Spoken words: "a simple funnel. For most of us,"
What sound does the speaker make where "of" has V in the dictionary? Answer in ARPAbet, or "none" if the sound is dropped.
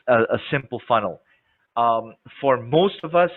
V